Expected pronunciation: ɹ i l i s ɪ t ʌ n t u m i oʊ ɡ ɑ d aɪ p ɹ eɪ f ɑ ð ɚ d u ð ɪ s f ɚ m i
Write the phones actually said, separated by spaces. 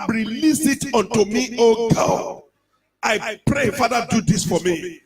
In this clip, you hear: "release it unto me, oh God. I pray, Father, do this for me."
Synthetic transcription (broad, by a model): ɹ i l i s ɪ t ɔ n t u m i oʊ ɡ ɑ aɪ p ɹ eɪ f ɑ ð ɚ d u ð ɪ s f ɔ m i